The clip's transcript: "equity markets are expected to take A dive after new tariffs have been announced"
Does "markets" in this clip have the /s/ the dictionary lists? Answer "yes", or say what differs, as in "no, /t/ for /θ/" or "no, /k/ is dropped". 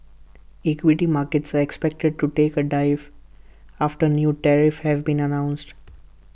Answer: yes